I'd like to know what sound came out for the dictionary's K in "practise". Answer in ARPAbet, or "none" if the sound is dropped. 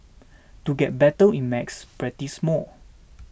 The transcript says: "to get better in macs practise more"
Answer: none